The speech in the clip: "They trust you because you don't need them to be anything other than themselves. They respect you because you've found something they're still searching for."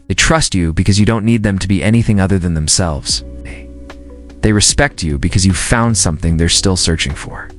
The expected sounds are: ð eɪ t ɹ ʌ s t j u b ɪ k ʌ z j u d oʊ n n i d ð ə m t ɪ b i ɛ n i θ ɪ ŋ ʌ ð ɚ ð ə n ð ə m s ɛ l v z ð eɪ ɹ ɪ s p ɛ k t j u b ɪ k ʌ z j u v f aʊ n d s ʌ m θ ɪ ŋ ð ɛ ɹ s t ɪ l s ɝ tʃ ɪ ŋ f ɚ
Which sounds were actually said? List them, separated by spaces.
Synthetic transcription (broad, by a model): ð eɪ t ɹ ʌ s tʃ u b ɪ k ʌ z j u d oʊ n n i d ð ə m t ɪ b i ɛ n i θ ɪ ŋ ʌ ð ɚ ð ə n ð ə m s ɛ l v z ð eɪ ɹ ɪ s p ɛ k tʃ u b ɪ k ʌ z j u v f aʊ n d s ʌ m θ ɪ ŋ ð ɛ ɹ s t ɪ l s ɝ tʃ ɪ ŋ f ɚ